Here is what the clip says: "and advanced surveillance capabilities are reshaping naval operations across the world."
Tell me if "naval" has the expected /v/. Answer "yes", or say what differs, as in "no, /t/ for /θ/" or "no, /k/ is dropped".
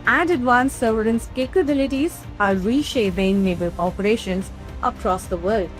no, /b/ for /v/